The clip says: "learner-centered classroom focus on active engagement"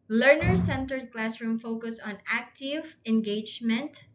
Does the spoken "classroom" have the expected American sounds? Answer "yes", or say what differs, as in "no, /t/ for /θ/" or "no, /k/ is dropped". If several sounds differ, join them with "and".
yes